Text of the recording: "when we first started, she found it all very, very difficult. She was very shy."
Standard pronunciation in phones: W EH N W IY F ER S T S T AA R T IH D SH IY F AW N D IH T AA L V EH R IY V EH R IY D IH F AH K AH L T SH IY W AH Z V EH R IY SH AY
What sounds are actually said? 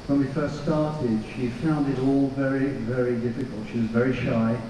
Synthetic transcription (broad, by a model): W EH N W IY F ER S T S T AA R T IH D SH IY F AW N D IH T AA L V EH R IY V EH R IY D IH F AH K AH L T SH IY W AH Z V EH R IY SH AY